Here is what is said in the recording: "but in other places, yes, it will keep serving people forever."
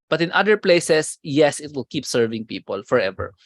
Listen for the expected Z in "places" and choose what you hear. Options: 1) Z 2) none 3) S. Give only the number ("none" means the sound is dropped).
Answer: 3